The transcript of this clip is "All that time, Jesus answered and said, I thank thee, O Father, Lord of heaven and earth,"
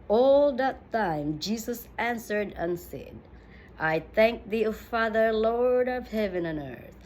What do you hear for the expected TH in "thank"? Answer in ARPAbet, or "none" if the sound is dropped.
TH